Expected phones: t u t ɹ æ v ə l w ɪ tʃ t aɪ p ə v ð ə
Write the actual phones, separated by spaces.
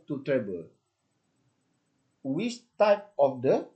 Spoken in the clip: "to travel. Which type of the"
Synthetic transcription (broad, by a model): t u t ɹ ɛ b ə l w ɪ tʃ t aɪ p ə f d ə